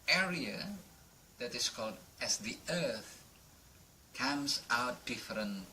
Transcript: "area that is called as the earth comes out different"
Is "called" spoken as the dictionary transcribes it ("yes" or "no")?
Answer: yes